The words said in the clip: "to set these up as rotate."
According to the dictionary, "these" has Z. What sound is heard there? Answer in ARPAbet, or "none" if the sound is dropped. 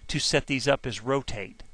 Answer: Z